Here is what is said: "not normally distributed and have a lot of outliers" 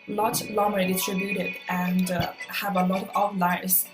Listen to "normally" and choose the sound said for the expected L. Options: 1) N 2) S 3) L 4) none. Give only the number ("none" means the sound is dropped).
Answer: 4